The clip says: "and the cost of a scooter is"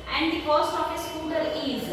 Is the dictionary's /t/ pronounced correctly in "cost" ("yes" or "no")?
no